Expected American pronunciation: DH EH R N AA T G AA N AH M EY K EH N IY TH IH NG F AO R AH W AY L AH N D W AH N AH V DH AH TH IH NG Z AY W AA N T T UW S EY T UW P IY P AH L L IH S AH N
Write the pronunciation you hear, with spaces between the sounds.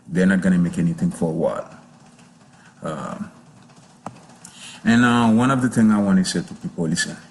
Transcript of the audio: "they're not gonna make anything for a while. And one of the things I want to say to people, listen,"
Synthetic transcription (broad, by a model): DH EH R N AA T G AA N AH M EY K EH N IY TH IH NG F AO R AH W AY L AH N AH W AH N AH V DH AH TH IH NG AY W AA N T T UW S EY T UW P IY P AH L L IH S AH N